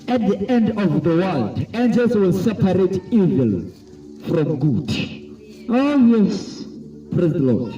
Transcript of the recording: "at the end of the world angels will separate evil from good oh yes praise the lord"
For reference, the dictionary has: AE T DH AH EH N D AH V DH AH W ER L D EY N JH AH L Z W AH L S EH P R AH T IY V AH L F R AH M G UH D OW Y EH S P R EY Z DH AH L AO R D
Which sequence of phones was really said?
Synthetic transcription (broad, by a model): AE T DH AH EH N D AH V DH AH W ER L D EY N JH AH L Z W AH L S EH P R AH T IY V AH L F R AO M G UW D OW Y EH S P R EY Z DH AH L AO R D